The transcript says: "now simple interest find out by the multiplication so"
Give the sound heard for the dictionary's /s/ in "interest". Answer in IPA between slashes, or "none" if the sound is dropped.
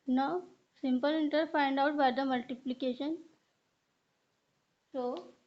none